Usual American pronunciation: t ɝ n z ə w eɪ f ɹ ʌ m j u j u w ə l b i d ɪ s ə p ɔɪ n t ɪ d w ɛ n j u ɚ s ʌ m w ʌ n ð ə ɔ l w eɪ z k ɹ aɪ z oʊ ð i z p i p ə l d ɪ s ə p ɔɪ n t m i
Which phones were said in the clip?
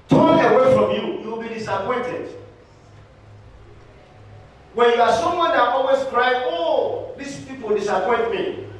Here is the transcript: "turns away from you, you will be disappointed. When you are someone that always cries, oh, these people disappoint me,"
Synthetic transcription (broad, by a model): t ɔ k ə w eɪ f ɹ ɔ m j u j u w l b i d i s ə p ɔɪ n t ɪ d w ɛ n j u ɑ s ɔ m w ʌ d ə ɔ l w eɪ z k ɹ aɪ oʊ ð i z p i p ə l d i s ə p ɔɪ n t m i